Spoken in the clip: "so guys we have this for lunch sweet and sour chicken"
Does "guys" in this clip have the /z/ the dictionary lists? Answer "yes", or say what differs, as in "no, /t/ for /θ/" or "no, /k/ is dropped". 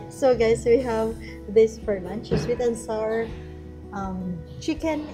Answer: no, /s/ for /z/